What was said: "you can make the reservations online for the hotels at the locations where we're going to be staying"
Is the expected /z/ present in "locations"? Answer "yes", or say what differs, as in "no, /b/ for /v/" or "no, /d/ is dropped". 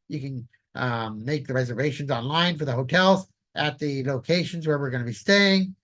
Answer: yes